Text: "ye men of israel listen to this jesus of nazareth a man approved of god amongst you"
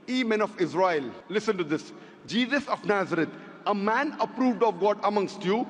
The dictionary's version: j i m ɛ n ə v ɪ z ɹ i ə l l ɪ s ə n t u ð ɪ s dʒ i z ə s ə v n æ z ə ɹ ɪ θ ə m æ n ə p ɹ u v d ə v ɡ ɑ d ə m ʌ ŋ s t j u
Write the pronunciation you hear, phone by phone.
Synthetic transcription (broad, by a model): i m ɛ n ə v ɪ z ɹ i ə l l ɪ s ə n t u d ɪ s dʒ i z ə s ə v n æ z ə ɹ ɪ t ə m æ n ə p ɹ u v d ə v ɡ ɑ d ə m ʌ ŋ s t j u